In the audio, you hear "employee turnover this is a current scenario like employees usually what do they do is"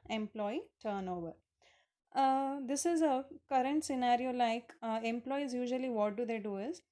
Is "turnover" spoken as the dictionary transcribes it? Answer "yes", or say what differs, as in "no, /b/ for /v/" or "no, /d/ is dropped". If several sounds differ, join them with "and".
yes